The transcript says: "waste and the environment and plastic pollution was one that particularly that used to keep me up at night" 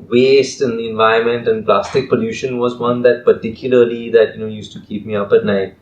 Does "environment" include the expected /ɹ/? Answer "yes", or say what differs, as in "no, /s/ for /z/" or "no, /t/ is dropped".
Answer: no, /ɹ/ is dropped